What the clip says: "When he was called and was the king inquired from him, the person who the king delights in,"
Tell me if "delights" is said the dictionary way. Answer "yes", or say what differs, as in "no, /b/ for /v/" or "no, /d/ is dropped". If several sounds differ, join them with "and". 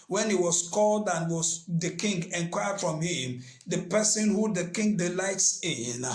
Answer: yes